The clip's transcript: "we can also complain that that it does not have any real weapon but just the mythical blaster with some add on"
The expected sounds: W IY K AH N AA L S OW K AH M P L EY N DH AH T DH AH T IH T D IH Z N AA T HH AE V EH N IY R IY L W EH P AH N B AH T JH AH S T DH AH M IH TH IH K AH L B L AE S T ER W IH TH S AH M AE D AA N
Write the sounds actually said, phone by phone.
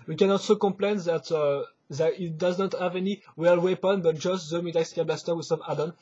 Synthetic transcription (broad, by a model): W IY K AH N AA L S OW K AH M P L EY N DH AH T DH AH T IH T D IH Z N AA T HH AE V EH N IY W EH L W EH P AH N B AH T JH AH S T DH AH M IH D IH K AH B L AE S T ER W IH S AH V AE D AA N